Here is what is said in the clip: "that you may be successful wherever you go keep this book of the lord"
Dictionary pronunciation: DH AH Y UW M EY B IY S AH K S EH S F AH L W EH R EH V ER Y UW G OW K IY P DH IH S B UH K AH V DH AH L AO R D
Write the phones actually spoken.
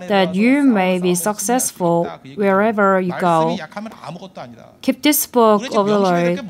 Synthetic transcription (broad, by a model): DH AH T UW M EY B IY S AH K S EH S F AH L W EH R EH V ER Y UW G OW K IY P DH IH S B UH K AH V DH AH L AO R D